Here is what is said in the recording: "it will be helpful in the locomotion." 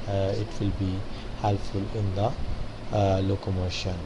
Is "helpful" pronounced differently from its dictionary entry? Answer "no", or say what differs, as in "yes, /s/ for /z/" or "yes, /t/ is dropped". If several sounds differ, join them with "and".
yes, /p/ is dropped